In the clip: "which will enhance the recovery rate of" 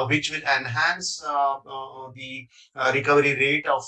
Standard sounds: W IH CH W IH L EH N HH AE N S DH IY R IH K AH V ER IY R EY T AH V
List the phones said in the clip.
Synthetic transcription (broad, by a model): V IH CH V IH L EH N HH AE N S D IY R IH K AH V ER IY R EY T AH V